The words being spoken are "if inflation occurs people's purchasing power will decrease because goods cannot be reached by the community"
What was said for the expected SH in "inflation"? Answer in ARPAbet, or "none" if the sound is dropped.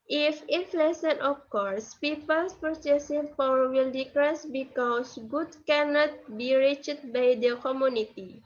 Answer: S